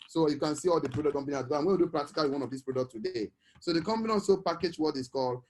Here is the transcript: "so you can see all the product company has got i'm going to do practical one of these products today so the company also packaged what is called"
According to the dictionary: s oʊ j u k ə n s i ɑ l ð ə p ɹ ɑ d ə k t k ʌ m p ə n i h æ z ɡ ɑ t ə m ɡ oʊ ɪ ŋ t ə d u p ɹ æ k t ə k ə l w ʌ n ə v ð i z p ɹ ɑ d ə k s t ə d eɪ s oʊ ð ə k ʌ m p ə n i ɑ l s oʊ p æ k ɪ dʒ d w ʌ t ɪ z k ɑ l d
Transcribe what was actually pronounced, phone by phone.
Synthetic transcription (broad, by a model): s oʊ j u k ə n s i ɑ l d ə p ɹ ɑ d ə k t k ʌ m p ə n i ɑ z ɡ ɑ ə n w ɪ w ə d u p ɹ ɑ k t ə k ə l w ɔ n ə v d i s p ɹ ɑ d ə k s t ə d eɪ s oʊ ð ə k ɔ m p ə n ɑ n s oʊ p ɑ k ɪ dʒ w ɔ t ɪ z k ɑ l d